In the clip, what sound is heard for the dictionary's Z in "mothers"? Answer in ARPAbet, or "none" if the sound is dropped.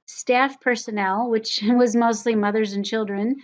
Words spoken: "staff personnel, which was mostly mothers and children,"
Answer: Z